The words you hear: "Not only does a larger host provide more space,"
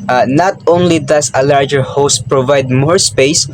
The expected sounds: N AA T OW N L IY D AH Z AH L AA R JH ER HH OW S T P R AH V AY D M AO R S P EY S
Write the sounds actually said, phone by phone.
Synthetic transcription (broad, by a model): N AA T OW N L IY D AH S AH L AA R JH ER HH OW S T P R AH V AY D M AO R S P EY S